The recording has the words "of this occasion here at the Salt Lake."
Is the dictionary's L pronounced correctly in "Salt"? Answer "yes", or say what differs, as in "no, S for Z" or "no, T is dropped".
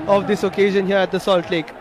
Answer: yes